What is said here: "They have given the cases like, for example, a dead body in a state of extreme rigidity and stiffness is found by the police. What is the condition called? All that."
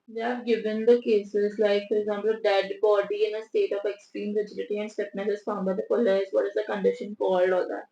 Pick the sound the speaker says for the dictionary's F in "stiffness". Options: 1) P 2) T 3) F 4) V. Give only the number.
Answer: 1